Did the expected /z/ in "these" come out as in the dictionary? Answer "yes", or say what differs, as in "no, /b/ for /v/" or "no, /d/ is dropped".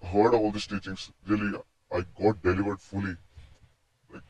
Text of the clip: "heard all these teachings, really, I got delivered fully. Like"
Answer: no, /s/ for /z/